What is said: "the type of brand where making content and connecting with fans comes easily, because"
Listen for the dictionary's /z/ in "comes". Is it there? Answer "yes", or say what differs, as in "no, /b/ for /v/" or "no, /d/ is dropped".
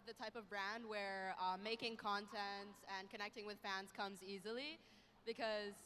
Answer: yes